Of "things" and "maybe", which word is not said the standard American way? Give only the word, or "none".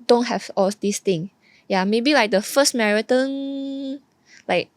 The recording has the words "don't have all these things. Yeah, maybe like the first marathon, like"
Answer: things